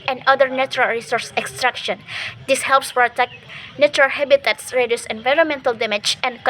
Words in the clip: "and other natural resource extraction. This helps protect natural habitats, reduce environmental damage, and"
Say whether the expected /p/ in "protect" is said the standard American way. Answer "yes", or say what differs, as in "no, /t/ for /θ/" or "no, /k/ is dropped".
no, /f/ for /p/